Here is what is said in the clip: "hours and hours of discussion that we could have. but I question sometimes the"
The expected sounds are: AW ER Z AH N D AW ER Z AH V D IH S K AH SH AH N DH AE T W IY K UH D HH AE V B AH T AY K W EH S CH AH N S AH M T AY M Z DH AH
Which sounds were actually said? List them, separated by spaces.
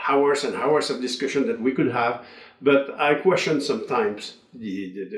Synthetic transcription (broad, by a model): AW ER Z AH N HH AW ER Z AH V D IH S K AH SH AH N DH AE T W IY K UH D HH AE V B AH T AY K W EH S CH AH N S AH M T AY M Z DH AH